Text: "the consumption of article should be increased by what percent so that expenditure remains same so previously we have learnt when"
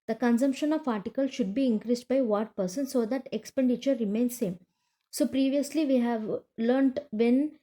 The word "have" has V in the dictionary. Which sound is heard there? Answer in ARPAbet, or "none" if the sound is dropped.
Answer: V